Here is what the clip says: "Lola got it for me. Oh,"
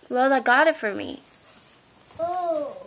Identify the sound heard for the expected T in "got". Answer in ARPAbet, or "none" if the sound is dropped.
T